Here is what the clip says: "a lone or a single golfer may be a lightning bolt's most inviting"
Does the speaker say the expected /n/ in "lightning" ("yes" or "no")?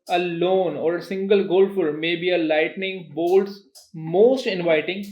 yes